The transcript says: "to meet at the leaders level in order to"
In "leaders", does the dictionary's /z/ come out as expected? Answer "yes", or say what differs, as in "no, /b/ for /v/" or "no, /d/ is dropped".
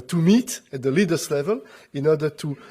no, /s/ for /z/